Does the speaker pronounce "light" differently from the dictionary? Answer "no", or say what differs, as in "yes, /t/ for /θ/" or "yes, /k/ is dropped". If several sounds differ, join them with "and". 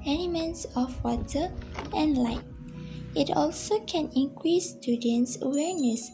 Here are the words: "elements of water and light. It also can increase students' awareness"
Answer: no